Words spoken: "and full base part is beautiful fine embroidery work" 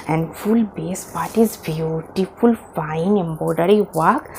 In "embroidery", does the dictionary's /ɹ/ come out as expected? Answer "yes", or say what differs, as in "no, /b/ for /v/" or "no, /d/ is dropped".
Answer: no, /ɹ/ is dropped